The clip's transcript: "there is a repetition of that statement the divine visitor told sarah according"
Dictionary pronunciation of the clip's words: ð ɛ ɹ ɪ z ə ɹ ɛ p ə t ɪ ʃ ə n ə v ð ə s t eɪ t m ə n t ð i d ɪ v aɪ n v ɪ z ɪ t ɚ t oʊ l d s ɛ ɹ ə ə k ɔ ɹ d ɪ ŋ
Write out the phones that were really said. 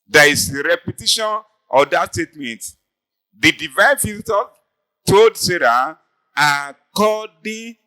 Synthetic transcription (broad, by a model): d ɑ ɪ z ə ɹ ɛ p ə t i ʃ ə n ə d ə s t eɪ t m ə n t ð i d ɪ v aɪ n f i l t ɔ t oʊ l d s ɛ ɹ ə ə k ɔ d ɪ